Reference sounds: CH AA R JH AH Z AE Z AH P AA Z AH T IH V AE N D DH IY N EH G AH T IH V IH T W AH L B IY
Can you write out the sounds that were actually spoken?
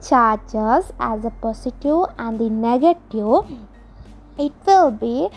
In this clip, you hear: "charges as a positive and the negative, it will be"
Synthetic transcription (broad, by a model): CH AA R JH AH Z AE Z AH P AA S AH T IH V AE N D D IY N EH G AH T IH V IH T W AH L B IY